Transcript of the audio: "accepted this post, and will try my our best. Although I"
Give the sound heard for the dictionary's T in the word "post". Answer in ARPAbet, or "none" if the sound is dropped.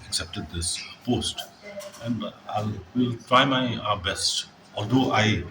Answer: T